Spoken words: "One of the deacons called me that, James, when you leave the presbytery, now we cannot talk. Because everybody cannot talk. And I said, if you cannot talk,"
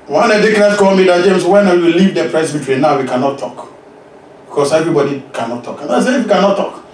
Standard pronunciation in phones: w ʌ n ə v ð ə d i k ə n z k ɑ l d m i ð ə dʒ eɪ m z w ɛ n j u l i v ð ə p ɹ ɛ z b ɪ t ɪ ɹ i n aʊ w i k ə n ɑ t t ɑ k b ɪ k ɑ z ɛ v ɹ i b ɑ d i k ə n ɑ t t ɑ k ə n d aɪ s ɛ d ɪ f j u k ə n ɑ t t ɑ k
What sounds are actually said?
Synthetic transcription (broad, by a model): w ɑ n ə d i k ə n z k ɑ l m i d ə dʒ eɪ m s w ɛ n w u l i v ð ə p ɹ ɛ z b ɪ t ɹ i n aʊ w i k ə n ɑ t t ɑ k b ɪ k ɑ s ɛ v ɹ i b ɑ d i k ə n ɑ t t ɑ k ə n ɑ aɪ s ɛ ɪ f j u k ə n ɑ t t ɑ k